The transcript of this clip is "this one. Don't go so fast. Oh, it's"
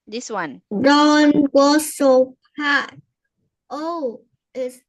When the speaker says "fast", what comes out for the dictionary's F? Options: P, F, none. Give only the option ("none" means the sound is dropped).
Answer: P